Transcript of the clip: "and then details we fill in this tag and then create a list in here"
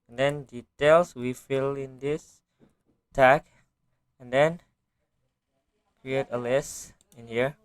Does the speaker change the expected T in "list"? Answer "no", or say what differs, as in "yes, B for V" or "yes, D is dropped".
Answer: yes, T is dropped